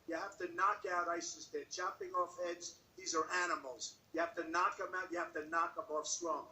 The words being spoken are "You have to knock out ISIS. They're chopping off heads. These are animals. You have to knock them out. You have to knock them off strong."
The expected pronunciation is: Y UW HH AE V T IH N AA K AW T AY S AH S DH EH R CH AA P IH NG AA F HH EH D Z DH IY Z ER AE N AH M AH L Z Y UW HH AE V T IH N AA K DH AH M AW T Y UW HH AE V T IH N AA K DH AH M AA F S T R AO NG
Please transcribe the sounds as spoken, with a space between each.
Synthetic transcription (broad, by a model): Y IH HH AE F T IH N AA K AW T AY S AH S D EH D CH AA P IH NG AA F EH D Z DH IY Z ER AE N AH M L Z Y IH HH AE F T IH N AA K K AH M AW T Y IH HH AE F T IH N AA K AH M AA F S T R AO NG